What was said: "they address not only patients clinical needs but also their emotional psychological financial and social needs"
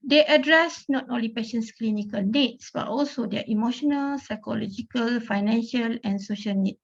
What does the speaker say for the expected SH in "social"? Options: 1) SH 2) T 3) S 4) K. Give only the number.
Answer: 1